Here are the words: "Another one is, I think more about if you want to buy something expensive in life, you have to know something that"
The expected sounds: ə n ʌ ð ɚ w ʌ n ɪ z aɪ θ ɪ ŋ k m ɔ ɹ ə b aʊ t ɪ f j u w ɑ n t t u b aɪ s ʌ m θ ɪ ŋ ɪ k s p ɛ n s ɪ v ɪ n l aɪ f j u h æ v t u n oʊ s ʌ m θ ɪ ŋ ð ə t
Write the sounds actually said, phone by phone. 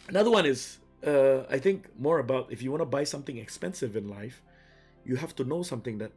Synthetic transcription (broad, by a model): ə n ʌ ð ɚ w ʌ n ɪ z aɪ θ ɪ ŋ k m ɔ ɹ ə b aʊ t ɪ f j u w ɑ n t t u b aɪ s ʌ m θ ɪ ŋ ɪ k s p ɛ n s ɪ v ɪ n l aɪ f j u h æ f t u n oʊ s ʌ m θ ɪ ŋ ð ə t